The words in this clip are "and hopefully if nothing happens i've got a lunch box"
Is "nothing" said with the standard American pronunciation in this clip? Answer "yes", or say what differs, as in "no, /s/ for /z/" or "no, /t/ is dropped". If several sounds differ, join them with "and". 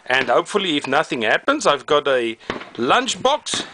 yes